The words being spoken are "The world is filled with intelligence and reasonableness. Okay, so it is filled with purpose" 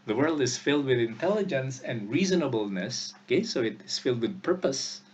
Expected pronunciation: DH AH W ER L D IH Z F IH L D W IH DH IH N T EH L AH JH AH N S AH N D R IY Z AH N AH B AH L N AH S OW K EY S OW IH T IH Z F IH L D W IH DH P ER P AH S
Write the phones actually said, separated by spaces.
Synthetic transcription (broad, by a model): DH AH W ER L D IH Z F IH L D W IH DH IH N T EH L AH JH AH N S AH N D R IY Z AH N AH B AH L N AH S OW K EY S OW IH T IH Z F IH L D W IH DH P ER P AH S